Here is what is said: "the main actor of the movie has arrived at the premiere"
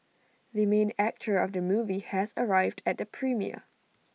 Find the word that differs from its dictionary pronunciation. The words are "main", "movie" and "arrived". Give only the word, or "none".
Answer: none